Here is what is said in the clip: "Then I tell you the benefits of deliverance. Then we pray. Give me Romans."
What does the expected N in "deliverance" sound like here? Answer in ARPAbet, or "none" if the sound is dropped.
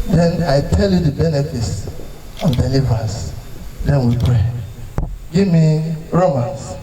none